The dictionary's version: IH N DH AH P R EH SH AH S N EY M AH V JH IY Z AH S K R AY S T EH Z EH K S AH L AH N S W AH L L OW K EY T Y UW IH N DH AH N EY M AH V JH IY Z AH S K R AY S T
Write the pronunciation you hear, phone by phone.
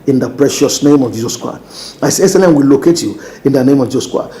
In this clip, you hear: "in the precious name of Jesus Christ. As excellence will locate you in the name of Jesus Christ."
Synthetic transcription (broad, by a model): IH N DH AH P R EH SH AH S N EY M AH V JH IY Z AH S K R AY S T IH S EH S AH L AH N W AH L L OW K EY T Y UW IH N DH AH N EY M AH V JH IY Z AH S K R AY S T